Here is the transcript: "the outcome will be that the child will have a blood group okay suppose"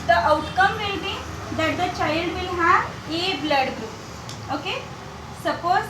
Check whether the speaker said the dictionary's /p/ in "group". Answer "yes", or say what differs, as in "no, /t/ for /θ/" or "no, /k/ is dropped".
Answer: no, /p/ is dropped